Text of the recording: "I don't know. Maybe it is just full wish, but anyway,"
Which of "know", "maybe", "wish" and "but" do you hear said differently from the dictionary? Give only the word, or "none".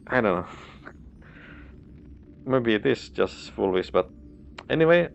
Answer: wish